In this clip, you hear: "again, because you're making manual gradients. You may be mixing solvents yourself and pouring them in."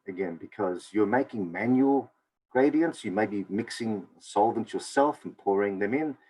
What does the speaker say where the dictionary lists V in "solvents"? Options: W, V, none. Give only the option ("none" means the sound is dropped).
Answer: V